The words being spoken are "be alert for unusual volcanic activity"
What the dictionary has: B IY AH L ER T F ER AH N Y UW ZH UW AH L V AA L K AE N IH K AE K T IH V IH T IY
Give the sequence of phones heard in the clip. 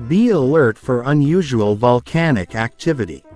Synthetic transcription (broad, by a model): B IY AH L ER T F ER AH N Y UW ZH UW AH L V AA L K AE N IH K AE K T IH V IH T IY